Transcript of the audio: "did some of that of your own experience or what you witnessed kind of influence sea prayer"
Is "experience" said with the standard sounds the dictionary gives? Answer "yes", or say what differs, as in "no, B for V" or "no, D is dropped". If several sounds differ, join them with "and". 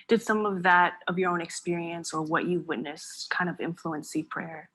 yes